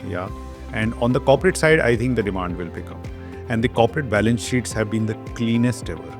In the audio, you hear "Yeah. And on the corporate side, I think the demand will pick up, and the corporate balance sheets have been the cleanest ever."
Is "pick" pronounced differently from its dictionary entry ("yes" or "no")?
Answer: yes